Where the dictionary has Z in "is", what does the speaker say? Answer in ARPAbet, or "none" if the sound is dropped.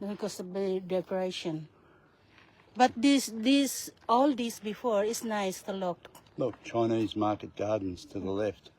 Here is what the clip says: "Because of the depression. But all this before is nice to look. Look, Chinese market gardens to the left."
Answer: S